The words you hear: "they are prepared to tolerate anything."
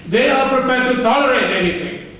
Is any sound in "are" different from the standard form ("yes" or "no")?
no